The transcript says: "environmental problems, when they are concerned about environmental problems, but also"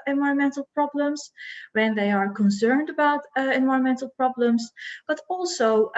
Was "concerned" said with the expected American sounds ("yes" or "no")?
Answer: yes